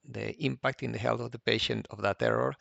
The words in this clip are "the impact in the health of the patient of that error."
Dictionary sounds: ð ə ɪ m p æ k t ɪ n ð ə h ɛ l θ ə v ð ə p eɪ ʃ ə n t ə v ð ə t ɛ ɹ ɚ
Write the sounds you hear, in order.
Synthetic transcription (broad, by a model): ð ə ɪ m p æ k t ɪ n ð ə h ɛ l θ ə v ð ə p eɪ ʃ ə n t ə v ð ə t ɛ ɹ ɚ